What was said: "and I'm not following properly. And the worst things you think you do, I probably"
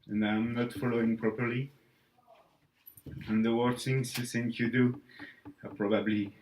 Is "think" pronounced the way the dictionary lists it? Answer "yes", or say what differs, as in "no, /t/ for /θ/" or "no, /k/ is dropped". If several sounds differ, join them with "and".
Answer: no, /s/ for /θ/